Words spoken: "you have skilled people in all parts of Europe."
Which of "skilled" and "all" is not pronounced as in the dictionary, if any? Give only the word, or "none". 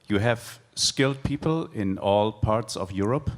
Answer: none